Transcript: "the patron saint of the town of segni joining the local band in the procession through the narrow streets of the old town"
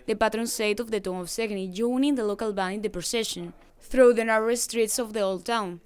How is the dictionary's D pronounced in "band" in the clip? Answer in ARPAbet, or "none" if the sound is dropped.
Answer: none